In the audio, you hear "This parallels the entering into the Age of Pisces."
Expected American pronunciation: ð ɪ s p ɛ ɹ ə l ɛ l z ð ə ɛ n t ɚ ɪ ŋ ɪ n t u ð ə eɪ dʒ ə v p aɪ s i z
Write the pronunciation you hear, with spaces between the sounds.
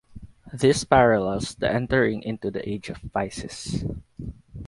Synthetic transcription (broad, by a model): ð ɪ s p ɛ ɹ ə l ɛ l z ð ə ɛ n t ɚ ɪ ŋ ɪ n t u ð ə eɪ dʒ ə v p aɪ s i s